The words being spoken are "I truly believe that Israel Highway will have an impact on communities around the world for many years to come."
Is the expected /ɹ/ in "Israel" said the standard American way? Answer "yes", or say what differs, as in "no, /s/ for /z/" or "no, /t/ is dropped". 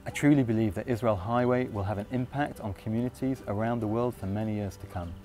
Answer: yes